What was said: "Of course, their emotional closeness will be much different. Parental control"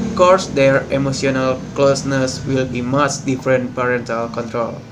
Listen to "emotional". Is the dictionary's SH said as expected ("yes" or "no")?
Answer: no